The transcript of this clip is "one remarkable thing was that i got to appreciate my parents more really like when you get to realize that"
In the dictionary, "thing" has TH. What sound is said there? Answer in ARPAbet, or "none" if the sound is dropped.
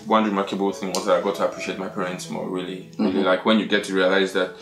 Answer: TH